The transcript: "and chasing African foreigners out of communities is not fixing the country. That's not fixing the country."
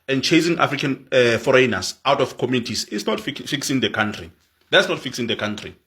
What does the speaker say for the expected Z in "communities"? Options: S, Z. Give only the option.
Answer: S